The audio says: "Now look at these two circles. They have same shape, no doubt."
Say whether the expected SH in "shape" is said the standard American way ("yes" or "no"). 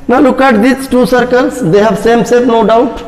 no